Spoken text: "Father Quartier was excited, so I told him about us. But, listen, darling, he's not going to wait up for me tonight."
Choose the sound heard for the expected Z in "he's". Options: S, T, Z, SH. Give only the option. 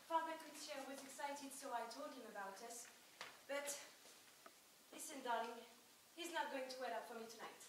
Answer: Z